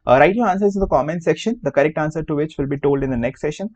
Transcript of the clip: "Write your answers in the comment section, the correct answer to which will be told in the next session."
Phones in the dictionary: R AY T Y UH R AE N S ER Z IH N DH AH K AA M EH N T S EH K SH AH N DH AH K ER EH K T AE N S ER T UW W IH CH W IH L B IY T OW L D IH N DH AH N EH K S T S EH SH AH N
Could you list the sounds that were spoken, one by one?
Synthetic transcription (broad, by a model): R AY T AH L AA N S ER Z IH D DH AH K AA M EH N S EH K SH AH N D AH K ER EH K T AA N S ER T UW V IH CH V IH L B IY T OW L D IH N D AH N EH K S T S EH SH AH N